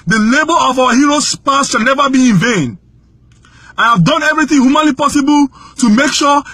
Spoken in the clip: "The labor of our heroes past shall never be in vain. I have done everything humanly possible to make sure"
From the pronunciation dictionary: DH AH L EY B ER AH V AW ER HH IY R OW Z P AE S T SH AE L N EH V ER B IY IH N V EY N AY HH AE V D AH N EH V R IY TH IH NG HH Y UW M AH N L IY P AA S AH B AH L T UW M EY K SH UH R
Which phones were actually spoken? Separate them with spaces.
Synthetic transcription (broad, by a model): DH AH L EY B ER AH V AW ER HH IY R OW S P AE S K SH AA N EH V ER B IY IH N V EY N AY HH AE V D AH N EH V R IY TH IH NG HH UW M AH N L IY P AA S AH B AH L T UW M EY K SH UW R